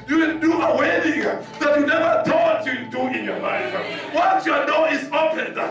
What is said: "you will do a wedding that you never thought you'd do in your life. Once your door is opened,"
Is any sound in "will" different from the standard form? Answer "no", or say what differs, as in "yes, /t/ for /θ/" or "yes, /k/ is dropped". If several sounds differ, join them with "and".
yes, /n/ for /l/